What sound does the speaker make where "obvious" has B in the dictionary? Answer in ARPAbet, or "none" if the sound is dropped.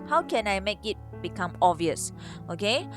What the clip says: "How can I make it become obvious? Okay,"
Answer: none